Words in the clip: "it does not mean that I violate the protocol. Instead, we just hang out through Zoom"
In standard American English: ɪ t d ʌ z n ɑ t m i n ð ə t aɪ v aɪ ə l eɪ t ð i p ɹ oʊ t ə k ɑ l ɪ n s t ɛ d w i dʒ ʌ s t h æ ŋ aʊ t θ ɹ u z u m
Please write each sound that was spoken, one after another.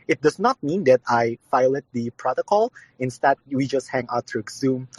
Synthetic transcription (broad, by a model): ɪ t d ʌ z n ɑ t m i n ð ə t aɪ f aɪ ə l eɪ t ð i p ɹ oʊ t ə k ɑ l ɪ n s t ɛ d w i dʒ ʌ s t h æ ŋ aʊ t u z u m